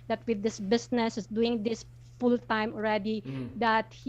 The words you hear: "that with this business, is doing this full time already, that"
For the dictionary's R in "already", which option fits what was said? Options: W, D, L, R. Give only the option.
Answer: R